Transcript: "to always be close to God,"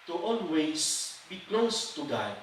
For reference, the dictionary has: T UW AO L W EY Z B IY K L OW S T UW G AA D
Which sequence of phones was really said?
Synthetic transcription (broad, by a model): T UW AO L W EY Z B IY K L OW S T UW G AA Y